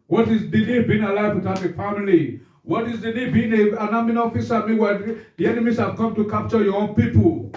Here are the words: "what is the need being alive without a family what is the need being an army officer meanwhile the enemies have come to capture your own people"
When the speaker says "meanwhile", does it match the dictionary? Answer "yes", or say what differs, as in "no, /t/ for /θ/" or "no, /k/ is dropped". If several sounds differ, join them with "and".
no, /n/ is dropped